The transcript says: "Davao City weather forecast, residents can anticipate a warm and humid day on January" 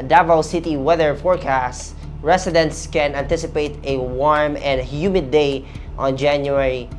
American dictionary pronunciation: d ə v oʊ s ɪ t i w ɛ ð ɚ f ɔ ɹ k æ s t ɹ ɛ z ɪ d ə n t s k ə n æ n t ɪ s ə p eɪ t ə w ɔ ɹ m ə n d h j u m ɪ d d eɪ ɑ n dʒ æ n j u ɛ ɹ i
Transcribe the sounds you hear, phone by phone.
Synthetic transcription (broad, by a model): d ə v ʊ s ɪ t i w ɛ ð ɚ f ɔ ɹ k æ s t ɹ ɛ s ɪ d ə n t s k ə n æ n t ɪ s ə p eɪ t ə w ɔ ɹ m ə n d h j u m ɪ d d eɪ ɑ n dʒ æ n j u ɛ ɹ i